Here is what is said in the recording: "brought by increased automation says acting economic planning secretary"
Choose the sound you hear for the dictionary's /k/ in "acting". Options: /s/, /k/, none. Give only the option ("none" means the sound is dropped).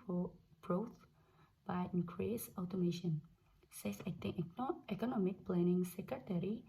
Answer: none